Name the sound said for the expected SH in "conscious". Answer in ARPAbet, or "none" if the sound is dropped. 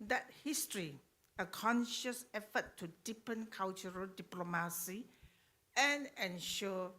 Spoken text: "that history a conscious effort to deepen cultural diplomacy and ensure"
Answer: SH